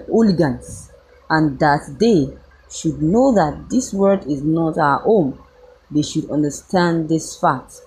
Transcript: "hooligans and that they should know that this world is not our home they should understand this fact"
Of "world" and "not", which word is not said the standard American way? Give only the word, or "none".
world